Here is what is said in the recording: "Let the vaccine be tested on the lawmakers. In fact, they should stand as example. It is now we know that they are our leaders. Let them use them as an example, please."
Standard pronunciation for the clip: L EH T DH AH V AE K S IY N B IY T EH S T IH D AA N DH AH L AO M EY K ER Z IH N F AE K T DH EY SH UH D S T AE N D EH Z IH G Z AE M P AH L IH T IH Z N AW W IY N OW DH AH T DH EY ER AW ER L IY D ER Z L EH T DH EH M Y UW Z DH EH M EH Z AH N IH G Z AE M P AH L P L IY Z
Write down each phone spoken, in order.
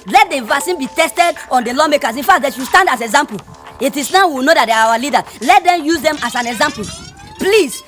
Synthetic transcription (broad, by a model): L EH T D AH V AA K S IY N B IY T EH S T IH D AA N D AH L AO M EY K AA S IH N F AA K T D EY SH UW S T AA N D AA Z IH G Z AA M P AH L IH T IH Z N AW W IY N OW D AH T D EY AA AW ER L IY D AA L EH T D EH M Y UW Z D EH M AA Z AH N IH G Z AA M P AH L P L IY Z